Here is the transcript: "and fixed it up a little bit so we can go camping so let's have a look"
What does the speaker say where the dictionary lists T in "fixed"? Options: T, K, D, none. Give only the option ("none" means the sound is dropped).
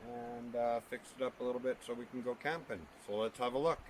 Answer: none